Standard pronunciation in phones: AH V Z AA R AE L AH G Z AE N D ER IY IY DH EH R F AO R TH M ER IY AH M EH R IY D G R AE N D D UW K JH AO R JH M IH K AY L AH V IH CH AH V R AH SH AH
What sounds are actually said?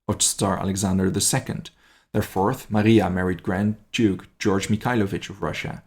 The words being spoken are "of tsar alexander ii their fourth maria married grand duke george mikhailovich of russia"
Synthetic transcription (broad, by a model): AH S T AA R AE L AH G Z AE N D ER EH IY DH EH R F AO R TH M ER IY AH M EH R IY D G R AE N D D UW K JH AO R JH M IH K AY L AH V IH CH AH V R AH SH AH